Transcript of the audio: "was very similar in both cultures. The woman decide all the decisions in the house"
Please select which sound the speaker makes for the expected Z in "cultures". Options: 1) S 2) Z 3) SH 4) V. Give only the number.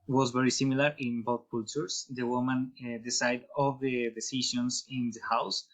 1